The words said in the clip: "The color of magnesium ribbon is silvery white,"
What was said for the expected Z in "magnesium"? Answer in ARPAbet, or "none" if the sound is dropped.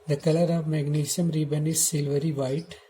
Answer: S